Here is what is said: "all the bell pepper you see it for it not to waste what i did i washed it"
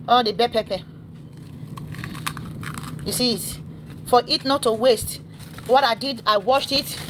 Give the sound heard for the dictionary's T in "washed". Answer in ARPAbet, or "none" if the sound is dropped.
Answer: T